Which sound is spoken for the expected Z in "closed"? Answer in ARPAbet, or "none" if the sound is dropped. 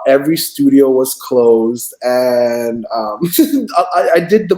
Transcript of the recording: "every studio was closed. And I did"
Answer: Z